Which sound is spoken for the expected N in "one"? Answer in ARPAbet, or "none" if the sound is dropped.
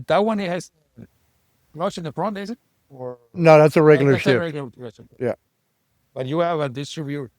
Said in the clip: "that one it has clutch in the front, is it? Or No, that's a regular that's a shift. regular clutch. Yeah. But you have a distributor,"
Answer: N